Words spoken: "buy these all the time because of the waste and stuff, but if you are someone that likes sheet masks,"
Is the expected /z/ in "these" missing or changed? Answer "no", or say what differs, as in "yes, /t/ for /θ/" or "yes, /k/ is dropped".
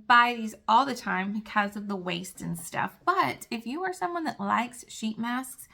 no